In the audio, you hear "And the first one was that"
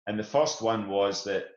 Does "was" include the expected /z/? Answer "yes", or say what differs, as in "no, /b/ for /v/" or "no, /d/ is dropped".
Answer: yes